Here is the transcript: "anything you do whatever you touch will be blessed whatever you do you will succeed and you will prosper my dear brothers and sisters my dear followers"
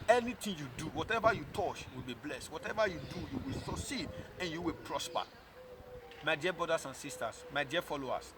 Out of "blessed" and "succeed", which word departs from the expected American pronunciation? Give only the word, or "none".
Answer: succeed